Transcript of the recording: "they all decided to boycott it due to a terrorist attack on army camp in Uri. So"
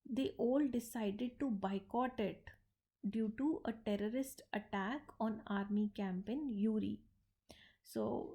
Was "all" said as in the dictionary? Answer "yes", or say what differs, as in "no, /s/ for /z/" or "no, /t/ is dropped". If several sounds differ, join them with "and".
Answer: yes